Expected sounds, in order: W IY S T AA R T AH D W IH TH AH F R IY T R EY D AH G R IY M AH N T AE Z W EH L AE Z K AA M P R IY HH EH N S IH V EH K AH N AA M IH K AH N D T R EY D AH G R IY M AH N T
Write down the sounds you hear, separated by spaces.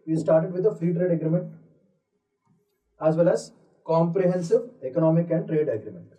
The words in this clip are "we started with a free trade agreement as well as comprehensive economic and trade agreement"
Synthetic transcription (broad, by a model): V IY S T AA R T AH D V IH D AH F R IY T R EY D AH G R IY M AH N T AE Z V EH L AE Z K AA M P R IY HH EH N S IH V EH K AH N AA M IH K AH N D T R EY D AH G R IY M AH N T